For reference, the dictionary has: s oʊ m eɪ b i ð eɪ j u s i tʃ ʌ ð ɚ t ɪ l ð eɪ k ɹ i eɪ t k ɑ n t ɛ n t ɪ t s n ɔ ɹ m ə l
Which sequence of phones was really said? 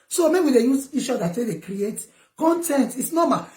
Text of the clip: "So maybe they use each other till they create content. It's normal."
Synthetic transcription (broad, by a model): s oʊ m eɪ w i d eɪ j u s i tʃ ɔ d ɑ s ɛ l eɪ k ɹ i eɪ t k ɑ n t ɛ n t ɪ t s n ɔ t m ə